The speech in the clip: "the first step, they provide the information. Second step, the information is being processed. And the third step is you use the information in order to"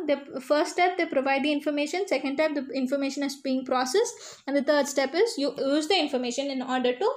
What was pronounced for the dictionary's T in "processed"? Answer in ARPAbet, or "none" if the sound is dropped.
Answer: none